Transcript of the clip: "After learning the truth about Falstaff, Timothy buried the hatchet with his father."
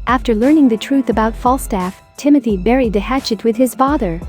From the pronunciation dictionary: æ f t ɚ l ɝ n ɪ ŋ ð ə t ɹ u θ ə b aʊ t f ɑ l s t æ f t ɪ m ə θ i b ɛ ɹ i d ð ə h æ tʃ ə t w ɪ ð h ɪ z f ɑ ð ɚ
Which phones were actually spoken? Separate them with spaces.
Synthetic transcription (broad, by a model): æ f t ɚ l ɝ n ɪ ŋ ð ə t ɹ u θ ə b aʊ t f ɑ l s t æ f t ɪ m ə θ i b ɛ ɹ i d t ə h æ tʃ ə t w ɪ ð ɪ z f ɑ ð ɚ